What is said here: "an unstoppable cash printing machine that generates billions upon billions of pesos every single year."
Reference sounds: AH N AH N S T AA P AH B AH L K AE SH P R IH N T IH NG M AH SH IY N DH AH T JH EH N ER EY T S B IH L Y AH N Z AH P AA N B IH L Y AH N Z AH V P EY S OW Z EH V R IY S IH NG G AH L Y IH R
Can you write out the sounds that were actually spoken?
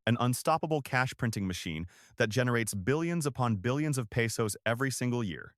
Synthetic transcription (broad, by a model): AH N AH N S T AA P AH B L K AE SH P R IH N T IH NG M AH SH IY N DH AH T JH EH N ER EY T S B IH L Y AH N Z AH P AA N B IH L Y AH N Z AH V P EY S OW Z EH V R IY S IH NG G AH L Y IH R